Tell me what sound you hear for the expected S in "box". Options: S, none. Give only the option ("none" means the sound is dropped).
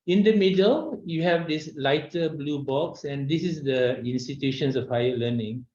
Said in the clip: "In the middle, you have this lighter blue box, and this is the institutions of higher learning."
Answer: S